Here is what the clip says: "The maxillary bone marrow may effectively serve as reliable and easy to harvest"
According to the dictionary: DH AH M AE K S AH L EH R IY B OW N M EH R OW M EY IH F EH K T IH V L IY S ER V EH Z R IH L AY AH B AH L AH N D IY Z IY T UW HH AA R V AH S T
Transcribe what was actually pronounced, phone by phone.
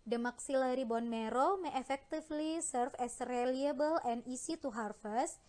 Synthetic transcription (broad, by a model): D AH M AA K S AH L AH R IY B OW N M EH R OW M EY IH F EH K T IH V L IY S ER F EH S R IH L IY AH B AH L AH N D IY S IY T UW HH AA R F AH S